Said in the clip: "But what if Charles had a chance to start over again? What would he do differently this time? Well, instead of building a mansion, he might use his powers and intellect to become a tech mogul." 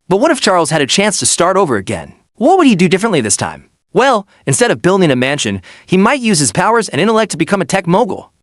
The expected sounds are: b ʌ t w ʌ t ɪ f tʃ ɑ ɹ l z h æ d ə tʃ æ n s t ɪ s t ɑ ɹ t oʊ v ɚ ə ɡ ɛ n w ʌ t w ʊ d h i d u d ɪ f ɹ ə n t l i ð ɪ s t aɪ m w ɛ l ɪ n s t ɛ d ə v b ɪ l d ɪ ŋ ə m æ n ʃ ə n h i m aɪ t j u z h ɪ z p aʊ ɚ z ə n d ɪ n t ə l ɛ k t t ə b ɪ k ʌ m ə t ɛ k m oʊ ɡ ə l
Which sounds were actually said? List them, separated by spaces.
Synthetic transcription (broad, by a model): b ʌ t w ʌ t ɪ f tʃ ɑ ɹ l z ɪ d ə tʃ æ n s t ɪ s t ɑ ɹ t oʊ v ɚ ə ɡ ɛ n w ʌ t w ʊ d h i d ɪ d ɪ f ɹ ə n t l i ð ɪ s t aɪ m w ɛ l ɪ n s t ɛ d ə v b ɪ l d ɪ ŋ ə m æ n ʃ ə n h i m aɪ t j u z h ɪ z p aʊ ɚ z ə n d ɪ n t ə l ɛ k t t ə b ɪ k ʌ m ə t ɛ k m oʊ ɡ l